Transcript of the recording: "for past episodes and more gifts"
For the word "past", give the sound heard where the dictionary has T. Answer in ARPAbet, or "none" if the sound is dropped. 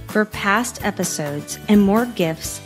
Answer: T